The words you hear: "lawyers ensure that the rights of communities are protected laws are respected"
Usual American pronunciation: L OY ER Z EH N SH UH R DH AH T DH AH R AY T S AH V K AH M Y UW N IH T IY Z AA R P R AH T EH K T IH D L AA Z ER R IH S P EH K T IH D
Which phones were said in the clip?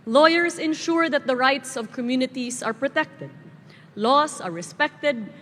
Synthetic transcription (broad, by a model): L OY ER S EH N SH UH R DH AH T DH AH R AY T S AH V K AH M Y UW N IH T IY S AA R P R AH T EH K T IH D L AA S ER R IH S P EH K T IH D